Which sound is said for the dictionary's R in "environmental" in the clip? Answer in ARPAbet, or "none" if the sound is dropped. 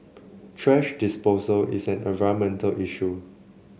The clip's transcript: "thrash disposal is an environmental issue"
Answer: none